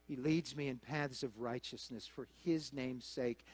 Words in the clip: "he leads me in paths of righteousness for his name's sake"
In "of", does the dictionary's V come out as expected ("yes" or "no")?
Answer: yes